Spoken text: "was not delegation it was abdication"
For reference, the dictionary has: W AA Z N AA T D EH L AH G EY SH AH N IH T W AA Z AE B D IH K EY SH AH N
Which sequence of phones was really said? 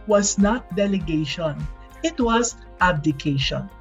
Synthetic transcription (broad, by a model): W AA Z N AA T D EH L AH G EY SH AH N IH T W AA Z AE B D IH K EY SH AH N